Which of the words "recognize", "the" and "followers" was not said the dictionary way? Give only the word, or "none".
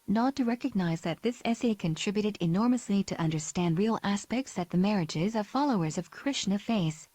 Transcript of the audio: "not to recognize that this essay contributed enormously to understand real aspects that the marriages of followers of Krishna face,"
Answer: none